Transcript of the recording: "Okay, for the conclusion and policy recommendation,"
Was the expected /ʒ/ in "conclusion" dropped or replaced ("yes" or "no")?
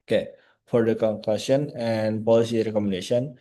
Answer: yes